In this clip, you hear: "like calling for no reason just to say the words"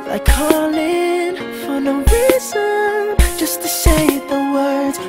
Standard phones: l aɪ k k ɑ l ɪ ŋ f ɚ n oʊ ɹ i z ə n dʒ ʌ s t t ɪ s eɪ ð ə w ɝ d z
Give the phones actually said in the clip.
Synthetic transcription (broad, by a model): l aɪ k k ɑ l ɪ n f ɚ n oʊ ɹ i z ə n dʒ ʌ s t t ɪ ʃ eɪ ð ə w ɝ d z